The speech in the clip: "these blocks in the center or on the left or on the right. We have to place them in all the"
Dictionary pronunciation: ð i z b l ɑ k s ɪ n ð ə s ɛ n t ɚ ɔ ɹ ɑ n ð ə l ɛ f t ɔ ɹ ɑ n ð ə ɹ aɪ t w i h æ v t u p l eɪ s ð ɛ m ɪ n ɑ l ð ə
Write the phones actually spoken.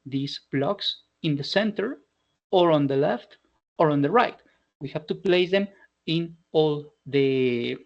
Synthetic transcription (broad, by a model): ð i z b l ɑ k s ɪ n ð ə s ɛ n t ɚ ɔ ɹ ɑ n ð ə l ɛ f t ɔ ɹ ɑ n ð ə ɹ aɪ t w i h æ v t u p l eɪ s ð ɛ m ɪ n ɑ l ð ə